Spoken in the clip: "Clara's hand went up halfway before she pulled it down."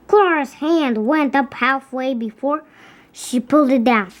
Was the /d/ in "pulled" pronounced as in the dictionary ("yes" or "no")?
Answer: yes